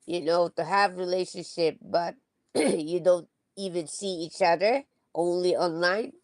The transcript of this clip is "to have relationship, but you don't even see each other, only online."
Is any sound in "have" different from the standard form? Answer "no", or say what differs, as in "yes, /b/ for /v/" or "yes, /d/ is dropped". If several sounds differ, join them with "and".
no